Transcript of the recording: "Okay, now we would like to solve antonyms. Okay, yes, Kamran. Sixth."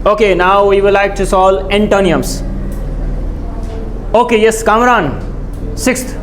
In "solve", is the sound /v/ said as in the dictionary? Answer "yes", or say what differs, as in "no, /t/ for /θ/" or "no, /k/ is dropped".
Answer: no, /v/ is dropped